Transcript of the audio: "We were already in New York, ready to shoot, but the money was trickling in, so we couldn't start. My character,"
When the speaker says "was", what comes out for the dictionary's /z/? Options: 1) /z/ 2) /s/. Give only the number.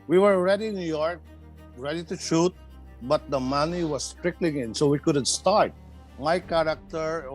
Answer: 2